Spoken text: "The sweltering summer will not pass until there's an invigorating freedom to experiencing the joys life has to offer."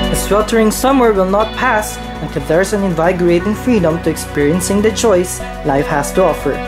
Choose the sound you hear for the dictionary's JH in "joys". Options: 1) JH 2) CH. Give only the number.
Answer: 2